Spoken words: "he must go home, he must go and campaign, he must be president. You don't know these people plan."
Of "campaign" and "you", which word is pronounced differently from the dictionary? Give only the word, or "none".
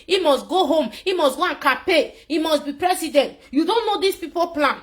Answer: campaign